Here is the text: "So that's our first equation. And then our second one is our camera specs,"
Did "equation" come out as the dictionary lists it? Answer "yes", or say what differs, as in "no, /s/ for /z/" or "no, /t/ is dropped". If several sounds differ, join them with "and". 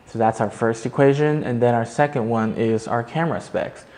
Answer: yes